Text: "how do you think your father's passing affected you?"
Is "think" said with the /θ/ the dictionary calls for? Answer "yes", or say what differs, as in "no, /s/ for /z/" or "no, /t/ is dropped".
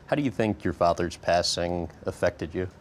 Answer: yes